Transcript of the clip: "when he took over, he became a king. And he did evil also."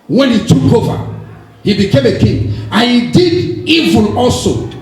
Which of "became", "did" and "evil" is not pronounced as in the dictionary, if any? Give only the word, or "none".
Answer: evil